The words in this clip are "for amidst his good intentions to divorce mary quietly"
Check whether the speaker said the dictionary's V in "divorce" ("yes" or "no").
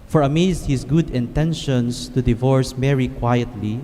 yes